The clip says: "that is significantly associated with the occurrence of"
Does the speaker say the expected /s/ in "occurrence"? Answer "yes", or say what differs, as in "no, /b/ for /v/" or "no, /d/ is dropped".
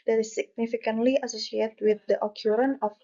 no, /s/ is dropped